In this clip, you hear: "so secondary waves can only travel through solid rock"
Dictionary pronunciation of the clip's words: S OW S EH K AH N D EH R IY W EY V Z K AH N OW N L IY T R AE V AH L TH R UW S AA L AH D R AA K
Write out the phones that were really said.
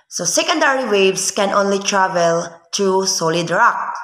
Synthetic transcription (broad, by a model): S OW S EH K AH N D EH R IY W EY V S K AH N OW N L IY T R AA V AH L T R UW S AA L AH D R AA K